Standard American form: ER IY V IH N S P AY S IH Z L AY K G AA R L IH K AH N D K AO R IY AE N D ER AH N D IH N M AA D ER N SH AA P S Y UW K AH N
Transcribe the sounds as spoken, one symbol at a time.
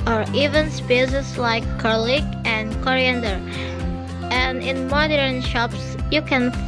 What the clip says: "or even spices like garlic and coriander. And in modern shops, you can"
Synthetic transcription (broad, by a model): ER IY V IH N S P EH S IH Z L AY K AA R L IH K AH N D K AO R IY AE N D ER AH N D IH N M AA D ER N SH AA P S Y UW K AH N